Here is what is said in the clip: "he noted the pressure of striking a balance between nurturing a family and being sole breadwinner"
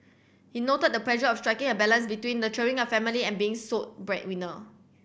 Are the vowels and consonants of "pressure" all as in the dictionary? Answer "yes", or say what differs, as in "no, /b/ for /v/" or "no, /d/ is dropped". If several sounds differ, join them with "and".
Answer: no, /l/ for /ɹ/